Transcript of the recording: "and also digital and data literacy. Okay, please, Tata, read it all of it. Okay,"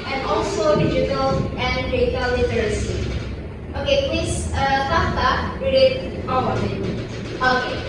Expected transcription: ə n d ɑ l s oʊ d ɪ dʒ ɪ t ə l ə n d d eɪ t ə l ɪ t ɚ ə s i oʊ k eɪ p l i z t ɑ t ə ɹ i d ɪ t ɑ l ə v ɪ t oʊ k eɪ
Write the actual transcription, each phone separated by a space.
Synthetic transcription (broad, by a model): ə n ɑ l s oʊ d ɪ dʒ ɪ t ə l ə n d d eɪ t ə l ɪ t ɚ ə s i oʊ k eɪ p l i s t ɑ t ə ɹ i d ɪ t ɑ w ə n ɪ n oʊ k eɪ